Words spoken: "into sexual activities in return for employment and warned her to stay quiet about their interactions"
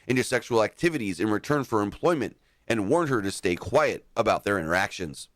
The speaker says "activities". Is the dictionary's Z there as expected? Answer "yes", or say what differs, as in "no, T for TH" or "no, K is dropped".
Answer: yes